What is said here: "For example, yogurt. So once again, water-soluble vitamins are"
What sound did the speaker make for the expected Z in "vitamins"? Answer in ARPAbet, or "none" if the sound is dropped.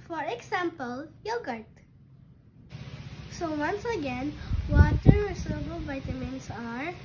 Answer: S